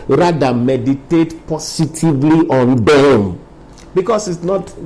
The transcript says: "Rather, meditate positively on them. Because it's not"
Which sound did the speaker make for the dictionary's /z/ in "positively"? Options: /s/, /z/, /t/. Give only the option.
/s/